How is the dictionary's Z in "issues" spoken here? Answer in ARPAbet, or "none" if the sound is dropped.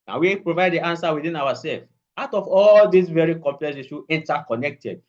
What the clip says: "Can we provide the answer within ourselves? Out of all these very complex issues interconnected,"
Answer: none